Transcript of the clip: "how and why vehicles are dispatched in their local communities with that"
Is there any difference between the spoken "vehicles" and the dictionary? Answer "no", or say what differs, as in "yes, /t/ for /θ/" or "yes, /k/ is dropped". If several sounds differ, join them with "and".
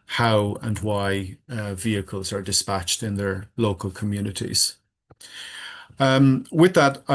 no